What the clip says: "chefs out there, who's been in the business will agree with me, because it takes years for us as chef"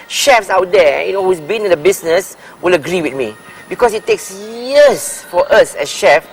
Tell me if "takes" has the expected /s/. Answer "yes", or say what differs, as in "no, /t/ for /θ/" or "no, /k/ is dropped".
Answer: yes